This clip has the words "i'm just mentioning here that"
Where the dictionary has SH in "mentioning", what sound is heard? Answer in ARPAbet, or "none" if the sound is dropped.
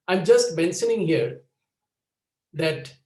S